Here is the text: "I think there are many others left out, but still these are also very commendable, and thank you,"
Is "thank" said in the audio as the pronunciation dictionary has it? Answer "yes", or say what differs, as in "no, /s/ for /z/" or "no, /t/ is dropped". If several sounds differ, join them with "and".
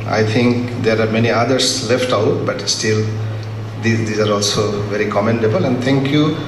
no, /t/ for /θ/